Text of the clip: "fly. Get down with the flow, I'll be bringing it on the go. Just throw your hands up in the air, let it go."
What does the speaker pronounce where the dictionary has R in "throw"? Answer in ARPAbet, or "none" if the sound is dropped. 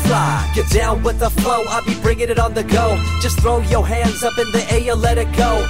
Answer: R